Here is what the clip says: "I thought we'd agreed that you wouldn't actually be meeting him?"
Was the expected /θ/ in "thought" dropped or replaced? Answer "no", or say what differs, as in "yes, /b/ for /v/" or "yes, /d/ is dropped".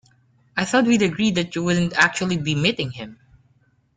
no